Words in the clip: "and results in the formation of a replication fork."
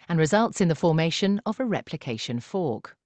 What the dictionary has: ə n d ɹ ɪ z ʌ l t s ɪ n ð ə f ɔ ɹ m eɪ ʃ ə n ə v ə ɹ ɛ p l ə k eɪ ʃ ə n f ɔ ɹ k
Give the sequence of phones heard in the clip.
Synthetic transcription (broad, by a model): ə n ɹ ɪ z ʌ l t s ɪ n ð ə f ɔ m eɪ ʃ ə n ə v ə ɹ ɛ p l ə k eɪ ʃ ə n f ɔ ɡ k